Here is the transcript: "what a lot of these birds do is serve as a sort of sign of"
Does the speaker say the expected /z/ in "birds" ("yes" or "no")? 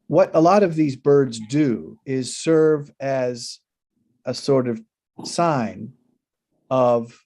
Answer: yes